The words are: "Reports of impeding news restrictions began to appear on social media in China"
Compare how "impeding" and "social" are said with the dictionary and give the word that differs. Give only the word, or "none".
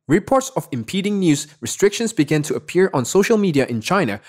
none